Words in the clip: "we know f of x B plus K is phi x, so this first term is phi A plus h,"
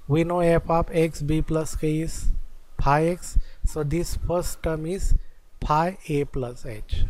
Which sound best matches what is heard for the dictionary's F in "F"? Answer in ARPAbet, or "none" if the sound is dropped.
P